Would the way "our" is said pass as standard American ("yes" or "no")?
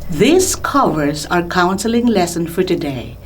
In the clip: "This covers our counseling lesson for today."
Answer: yes